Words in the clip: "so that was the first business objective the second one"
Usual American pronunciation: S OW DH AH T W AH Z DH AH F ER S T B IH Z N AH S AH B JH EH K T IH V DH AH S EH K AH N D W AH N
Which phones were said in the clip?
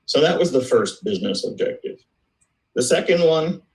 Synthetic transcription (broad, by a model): S OW DH AH T W AH Z DH AH F ER S T B IH Z N AH S AH B JH EH K T IH V DH AH S EH K AH N D W AH N